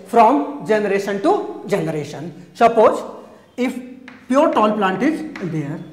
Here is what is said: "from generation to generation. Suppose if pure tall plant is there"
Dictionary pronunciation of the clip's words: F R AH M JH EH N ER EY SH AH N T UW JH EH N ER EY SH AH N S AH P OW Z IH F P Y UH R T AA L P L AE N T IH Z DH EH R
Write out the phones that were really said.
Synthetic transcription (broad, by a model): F R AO M JH EH N ER EY SH AH N T UW JH EH N ER EY SH AH N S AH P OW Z IH F P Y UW R T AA N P L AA N T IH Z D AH R